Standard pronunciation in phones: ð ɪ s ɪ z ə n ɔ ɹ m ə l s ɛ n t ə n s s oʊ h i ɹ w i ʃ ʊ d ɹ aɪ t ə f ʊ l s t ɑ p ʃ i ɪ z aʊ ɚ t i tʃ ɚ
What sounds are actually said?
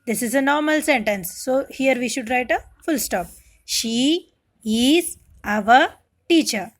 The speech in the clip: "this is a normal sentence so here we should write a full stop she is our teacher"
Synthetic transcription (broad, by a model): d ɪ s ɪ z ə n ɔ ɹ m ə l s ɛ n t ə n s s oʊ h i ɹ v i ʃ ʊ d ɹ aɪ t ə f ʊ l s t ɑ p ʃ i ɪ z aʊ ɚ t i tʃ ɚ